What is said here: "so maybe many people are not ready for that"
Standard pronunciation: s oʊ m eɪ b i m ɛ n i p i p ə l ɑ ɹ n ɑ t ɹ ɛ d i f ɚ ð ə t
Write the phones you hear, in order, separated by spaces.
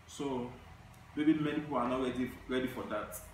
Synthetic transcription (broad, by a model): s oʊ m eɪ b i m ɛ n i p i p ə n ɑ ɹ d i ɹ ɛ d i f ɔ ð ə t